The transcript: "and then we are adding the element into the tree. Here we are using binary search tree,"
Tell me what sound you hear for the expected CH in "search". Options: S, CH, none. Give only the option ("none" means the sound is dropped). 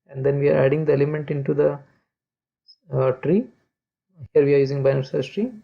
S